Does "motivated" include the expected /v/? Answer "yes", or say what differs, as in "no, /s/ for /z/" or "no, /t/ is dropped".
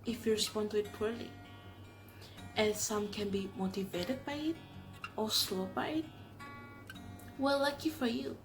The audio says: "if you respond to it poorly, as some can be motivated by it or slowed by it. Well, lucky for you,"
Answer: yes